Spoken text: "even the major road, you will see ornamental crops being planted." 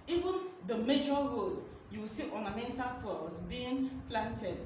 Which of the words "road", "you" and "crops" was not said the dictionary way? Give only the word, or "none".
crops